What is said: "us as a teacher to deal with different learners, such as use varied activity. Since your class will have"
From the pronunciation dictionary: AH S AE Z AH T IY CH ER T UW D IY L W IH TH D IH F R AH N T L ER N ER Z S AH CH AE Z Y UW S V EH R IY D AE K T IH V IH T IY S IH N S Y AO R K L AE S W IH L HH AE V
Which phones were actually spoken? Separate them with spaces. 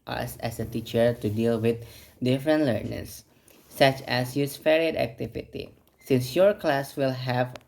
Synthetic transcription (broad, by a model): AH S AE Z AH T IY CH ER T UW D IY L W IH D D IH F R AH N T L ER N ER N S AH CH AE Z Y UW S F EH R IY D AE K T IH V IH T IY S IH N S Y AO R K L AE S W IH L HH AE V